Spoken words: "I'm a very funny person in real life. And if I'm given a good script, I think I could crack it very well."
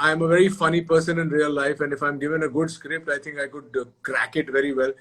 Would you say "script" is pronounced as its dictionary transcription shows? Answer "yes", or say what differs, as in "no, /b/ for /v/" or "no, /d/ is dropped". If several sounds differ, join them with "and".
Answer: yes